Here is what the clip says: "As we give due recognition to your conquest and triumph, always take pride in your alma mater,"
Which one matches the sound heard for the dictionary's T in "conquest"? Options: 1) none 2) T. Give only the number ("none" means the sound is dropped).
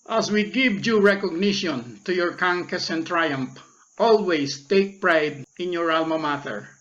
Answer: 1